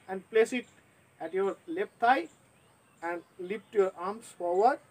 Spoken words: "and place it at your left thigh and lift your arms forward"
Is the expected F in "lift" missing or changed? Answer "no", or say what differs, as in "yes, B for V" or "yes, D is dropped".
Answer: yes, P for F